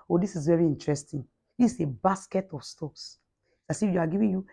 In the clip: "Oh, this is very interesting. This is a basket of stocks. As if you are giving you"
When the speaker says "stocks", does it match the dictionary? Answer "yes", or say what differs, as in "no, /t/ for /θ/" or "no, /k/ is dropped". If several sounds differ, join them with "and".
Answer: no, /k/ is dropped